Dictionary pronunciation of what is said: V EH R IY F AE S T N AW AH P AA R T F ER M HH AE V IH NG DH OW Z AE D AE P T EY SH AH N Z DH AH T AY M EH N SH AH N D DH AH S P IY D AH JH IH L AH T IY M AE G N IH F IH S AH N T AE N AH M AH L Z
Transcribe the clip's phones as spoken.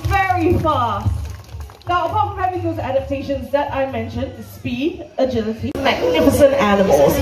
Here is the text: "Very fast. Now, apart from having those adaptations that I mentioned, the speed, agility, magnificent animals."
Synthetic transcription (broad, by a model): V EH R IY F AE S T N AW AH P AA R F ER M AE W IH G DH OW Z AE D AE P T EY SH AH N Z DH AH T AY M EH N SH AH N D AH S P IY D AH JH IH L AH T IY M AE G N IH F IH S AH N T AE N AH M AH L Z